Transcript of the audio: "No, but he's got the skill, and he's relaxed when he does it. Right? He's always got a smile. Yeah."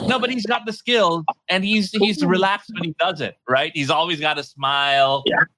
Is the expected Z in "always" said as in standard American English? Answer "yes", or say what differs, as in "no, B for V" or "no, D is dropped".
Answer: yes